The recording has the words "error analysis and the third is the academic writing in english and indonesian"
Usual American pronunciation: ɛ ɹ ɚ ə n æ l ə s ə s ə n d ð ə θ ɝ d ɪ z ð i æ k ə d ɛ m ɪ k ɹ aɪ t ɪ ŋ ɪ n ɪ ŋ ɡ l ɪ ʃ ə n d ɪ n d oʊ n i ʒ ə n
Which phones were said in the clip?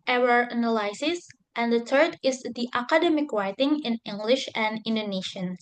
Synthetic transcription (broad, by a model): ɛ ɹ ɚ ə n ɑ l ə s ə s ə n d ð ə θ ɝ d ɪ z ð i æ k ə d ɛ m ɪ k ɹ aɪ t ɪ ŋ ɪ n ɪ ŋ ɡ l ɪ ʃ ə n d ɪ n d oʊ n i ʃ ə n